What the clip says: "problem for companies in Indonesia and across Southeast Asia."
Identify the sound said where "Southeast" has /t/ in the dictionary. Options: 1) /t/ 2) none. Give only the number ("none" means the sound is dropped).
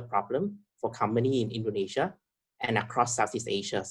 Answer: 2